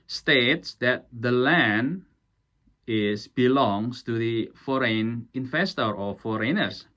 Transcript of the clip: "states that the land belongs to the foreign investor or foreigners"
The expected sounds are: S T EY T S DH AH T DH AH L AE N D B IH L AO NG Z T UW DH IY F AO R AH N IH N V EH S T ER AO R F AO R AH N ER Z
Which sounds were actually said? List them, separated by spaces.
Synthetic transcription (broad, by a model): S T EY T S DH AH T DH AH L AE N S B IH L AO NG S T UW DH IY F AO R AH N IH N F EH S T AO R F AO R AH N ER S